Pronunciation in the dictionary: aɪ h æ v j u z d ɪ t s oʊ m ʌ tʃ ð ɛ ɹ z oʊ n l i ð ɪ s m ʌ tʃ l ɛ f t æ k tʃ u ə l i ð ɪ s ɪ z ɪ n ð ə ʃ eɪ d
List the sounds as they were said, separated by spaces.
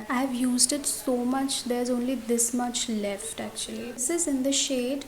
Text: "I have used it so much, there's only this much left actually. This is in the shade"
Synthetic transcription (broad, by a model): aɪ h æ v j u z d ɪ t s oʊ m ʌ tʃ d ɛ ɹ z oʊ n l i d ɪ s m ʌ tʃ l ɛ f t æ k tʃ u ə l i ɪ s ɪ z ɪ n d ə ʃ eɪ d